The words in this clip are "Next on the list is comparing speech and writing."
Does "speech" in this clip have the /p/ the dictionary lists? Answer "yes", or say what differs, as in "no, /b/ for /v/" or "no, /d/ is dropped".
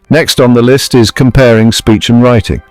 yes